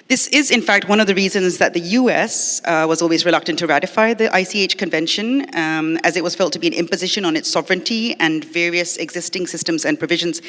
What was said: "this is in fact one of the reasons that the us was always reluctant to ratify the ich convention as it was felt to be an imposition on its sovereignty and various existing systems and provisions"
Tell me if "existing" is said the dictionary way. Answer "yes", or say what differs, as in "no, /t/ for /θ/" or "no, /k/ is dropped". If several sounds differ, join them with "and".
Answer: yes